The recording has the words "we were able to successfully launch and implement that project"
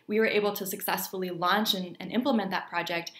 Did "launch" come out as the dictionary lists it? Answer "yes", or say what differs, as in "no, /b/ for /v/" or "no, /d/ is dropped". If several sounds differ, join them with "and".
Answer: yes